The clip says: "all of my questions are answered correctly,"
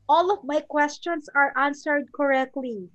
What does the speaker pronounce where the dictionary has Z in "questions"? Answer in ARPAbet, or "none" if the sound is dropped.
S